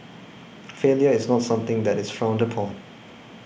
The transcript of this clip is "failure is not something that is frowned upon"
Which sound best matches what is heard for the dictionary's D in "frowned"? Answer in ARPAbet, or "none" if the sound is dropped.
D